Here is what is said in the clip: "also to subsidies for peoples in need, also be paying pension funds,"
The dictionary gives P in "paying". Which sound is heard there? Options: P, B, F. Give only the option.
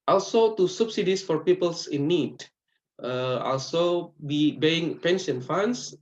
B